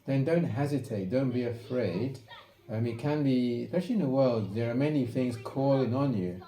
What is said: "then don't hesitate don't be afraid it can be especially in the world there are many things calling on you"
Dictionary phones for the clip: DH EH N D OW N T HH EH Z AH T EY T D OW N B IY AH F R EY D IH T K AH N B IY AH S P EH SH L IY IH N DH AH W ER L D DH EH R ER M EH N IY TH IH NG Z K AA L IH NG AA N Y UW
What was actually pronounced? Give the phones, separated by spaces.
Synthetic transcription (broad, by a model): DH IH N D OW N T HH EH Z AH T EY T D OW N B IY AH F R EY D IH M K AH N B IY S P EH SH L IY IH N DH AH W ER L D DH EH R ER M EH N IY TH IH NG Z K AA L IH NG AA N Y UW